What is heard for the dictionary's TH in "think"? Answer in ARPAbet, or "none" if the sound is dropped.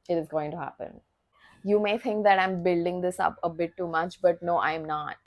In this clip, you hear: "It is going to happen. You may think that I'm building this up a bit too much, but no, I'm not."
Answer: T